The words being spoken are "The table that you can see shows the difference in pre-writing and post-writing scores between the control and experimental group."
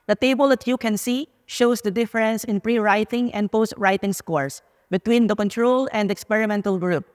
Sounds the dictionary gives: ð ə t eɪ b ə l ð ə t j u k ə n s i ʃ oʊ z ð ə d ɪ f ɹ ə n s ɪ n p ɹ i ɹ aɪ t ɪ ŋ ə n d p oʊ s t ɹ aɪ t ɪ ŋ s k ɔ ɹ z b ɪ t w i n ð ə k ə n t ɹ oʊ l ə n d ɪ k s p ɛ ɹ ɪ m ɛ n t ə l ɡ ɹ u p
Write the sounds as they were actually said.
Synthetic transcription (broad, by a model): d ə t eɪ b ə l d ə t j u k ə n s i ʃ oʊ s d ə d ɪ f ɹ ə n s ɪ n p ɹ i ɹ aɪ t ɪ ŋ ə n d p oʊ s t ɹ aɪ t ɪ ŋ s k ɔ ɹ s b ɪ t w i n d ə k ə n t ɹ oʊ l ə n d ɪ k s p ɛ ɹ ɪ m ɛ n t ə l ɡ ɹ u p